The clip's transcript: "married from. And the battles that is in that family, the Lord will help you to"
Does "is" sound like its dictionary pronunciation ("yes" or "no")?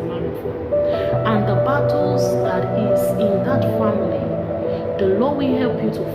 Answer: no